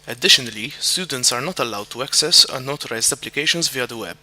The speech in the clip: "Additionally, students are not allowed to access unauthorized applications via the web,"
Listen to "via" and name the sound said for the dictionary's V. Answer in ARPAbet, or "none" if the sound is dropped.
V